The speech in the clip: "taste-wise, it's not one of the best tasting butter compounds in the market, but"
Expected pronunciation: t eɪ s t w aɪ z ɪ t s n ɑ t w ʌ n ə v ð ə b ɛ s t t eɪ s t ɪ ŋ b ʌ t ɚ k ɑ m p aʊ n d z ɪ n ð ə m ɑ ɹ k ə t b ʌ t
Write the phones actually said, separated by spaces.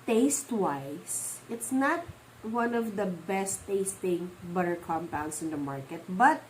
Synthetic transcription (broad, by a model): t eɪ s t w aɪ s ɪ t s n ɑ t w ʌ n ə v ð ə b ɛ s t t eɪ s t ɪ ŋ b ʌ t ɚ k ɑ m p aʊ n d s ɪ n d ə m ɑ ɹ k ə t b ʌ t